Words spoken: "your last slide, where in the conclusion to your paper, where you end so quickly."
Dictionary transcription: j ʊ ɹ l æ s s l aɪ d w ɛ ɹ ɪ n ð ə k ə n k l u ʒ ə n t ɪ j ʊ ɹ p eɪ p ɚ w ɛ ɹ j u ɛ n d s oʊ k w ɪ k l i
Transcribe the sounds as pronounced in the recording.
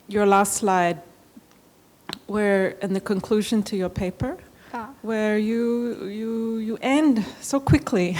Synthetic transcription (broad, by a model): j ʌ ɹ l æ s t l aɪ d w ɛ ɹ ɪ n ð ə k ə n k l u ʒ ə n t ɪ j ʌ ɹ p eɪ p ɚ w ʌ ɹ j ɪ ɛ n d s oʊ k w ɪ k l i